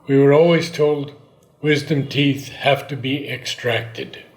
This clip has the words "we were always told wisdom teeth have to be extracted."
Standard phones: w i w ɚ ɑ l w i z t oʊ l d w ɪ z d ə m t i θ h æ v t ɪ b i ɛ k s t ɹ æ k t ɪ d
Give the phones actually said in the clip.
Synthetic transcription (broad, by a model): w i w ɚ ɑ l w i z t oʊ l d w ɪ z d ə m t i θ h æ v t ɪ b i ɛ k s t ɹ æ k t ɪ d